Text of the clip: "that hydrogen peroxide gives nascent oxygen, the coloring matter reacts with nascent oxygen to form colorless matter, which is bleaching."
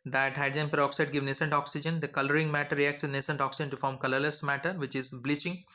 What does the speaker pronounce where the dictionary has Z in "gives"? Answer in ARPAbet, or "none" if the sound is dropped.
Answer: none